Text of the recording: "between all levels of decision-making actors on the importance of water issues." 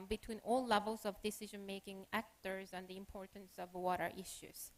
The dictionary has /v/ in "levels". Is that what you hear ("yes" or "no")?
yes